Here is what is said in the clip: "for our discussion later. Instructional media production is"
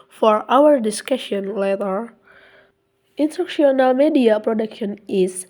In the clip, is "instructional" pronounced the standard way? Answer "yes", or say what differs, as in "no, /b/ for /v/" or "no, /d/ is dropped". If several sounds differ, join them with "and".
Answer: no, /k/ is dropped